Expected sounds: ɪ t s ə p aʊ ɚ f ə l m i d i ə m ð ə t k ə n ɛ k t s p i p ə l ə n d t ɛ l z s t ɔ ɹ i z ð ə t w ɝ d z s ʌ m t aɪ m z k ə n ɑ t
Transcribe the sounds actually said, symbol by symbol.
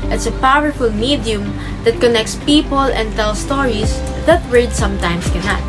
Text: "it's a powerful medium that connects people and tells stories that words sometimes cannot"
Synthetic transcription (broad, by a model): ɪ t s ə p aʊ ɚ f ə l m i d i ə m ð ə t k ə n ɛ k t s p i p ə l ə n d t ɛ l s t ɔ ɹ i s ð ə t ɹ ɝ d s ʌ m t aɪ m s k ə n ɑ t